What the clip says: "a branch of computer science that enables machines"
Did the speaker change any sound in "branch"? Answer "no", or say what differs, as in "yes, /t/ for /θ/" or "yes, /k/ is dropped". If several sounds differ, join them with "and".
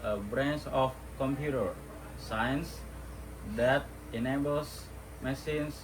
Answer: yes, /s/ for /tʃ/